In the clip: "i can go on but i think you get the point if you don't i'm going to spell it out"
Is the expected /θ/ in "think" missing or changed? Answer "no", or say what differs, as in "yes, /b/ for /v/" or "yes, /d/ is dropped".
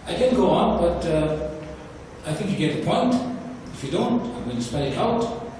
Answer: no